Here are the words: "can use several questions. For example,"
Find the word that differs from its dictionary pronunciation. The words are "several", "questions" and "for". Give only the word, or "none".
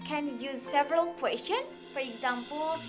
questions